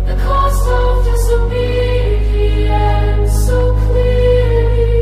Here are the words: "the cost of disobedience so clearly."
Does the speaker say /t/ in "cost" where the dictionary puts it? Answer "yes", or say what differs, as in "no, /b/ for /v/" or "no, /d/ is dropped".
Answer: no, /t/ is dropped